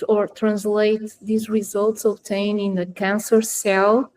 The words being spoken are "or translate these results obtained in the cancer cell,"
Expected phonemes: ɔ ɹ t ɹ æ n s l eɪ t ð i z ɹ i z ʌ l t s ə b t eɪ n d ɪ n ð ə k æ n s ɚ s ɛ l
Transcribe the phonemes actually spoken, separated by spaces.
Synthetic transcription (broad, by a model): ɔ ɹ t ɹ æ n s l eɪ t ð i z ɹ i z ʌ l t s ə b t eɪ n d ɪ n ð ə k æ n s ɚ s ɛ l